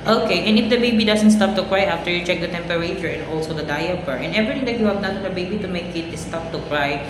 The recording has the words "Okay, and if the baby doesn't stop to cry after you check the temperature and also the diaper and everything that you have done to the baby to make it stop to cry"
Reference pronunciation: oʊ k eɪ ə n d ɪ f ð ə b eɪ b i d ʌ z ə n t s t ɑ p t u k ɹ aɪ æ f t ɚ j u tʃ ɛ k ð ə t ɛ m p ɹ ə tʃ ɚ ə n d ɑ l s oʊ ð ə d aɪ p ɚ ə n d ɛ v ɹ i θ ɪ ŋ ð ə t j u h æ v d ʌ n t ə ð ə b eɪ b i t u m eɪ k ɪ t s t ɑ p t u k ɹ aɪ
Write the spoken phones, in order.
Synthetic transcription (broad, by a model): oʊ k eɪ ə n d ɪ f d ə b eɪ b i d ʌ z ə n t s t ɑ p t u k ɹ aɪ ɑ f t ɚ j u tʃ ɛ k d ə t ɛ m p ɹ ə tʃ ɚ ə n ɑ l s oʊ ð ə d aɪ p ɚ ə n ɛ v ɹ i t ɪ ŋ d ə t j u h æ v d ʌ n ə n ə b eɪ b i t u m eɪ k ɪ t s t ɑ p t u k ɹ aɪ